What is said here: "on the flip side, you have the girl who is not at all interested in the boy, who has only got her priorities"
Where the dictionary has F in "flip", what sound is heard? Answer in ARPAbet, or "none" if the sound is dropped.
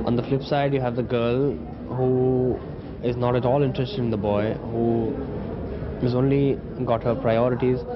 F